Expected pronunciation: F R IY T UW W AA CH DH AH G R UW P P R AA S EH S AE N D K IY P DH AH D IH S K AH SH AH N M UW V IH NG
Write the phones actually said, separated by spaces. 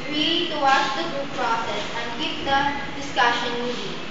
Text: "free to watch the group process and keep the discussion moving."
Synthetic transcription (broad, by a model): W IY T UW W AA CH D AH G UW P P R AA S EH S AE N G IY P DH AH D IH S K AH SH AH N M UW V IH